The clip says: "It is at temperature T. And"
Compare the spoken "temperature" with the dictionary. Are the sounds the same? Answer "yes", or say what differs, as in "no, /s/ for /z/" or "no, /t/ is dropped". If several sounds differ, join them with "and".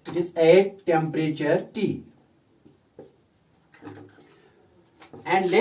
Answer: yes